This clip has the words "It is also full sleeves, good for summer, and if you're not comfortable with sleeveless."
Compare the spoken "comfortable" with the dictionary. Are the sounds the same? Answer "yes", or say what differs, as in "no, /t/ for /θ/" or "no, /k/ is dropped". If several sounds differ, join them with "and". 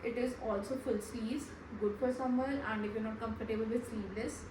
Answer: no, /p/ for /f/